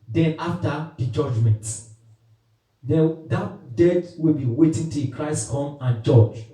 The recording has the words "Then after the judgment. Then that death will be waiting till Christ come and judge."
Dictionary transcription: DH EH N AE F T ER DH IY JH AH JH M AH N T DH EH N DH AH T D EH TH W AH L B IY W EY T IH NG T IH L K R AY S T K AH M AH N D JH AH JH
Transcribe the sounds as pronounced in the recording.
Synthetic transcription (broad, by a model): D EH N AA F T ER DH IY JH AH JH M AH N T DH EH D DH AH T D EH T W AH L B IY W EY T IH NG T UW K R AY S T K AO M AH N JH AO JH